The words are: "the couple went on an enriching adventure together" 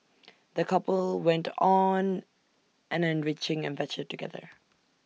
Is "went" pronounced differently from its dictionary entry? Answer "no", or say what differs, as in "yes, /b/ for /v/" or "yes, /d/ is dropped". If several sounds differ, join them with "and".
no